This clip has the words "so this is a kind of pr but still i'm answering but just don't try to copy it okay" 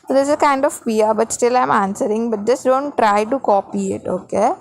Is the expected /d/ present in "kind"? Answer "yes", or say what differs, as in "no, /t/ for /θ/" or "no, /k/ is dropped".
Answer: yes